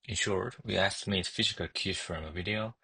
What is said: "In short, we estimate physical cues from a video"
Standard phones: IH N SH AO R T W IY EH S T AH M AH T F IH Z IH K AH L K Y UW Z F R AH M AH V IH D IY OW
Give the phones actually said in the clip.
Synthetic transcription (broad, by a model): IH N SH AO R T W IY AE S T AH M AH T F IH Z IH K AH L K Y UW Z F R AH M AH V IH D IY OW